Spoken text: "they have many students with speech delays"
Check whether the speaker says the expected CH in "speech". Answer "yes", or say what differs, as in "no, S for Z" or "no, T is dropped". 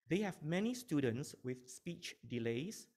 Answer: yes